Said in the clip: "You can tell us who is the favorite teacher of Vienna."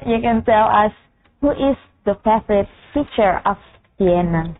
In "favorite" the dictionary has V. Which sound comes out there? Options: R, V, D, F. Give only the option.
F